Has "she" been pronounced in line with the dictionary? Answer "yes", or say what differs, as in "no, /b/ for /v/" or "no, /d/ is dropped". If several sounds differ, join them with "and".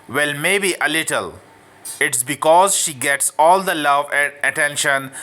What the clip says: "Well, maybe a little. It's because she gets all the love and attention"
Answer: yes